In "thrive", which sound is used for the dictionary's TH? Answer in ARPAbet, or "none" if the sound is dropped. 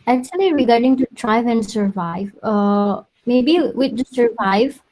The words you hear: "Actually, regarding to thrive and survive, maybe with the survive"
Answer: T